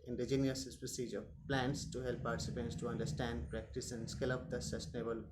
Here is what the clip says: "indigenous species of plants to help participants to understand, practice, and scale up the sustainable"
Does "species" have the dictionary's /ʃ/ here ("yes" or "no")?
no